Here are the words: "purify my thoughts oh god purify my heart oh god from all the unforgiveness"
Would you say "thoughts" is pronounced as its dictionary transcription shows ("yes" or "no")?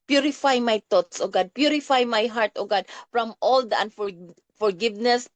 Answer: no